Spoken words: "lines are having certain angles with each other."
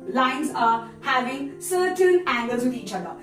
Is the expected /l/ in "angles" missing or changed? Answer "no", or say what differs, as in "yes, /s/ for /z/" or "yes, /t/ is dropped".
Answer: no